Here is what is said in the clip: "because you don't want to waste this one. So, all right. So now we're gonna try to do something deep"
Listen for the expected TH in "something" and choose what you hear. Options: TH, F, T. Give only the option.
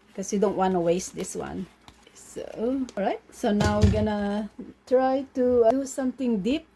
T